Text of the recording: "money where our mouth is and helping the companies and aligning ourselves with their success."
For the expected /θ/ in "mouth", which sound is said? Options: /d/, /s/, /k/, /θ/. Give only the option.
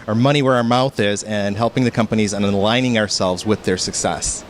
/θ/